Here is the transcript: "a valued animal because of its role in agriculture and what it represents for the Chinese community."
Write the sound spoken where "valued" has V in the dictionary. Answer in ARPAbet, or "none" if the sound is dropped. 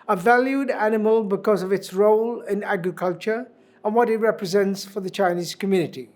V